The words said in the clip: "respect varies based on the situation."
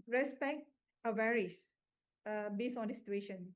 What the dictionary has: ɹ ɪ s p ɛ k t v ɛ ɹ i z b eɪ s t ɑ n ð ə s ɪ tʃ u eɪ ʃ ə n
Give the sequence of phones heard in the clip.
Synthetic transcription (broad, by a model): ɹ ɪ s p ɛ k t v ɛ ɹ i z b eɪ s ɑ n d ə s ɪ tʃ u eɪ ʃ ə n